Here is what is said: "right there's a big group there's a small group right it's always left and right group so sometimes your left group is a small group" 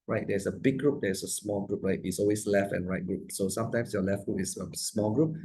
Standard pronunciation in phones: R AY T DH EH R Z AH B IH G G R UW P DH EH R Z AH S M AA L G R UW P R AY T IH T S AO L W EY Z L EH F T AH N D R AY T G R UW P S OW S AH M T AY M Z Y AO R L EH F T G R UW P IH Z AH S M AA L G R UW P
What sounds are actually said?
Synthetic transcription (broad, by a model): R AY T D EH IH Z AH B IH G G R UW P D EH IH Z AH S M AA L G R UW P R AY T IH T S AO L W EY S L EH F T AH N R AY T G R UW P S OW S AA M T AY M S Y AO L EH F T G R UW P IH S AH S M AA L G R UW P